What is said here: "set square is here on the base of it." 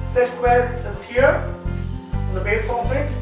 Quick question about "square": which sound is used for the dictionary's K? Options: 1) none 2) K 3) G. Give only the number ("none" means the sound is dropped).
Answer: 1